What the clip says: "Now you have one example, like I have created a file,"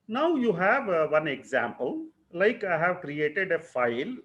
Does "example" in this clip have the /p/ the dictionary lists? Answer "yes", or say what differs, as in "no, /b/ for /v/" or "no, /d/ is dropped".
yes